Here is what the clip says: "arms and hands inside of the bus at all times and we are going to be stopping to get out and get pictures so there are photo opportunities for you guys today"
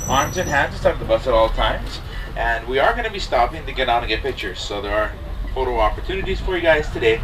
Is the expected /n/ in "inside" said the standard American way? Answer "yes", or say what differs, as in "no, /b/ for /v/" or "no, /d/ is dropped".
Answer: no, /n/ is dropped